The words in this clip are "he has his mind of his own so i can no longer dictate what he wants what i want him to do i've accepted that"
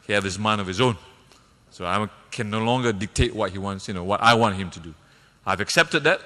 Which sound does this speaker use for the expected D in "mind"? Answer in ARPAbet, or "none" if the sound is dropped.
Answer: none